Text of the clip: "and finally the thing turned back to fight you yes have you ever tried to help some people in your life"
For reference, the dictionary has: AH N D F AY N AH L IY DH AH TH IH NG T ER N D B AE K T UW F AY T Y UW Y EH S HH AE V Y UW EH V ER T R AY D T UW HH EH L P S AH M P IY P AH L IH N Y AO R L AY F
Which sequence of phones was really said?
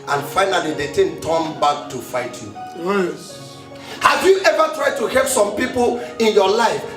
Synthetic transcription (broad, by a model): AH N F AY N AH L IY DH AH T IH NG T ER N B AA K T UW F AY T Y UW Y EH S HH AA V Y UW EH V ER T R AY D T UW HH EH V S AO M P IY P AH L IH N Y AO L AY F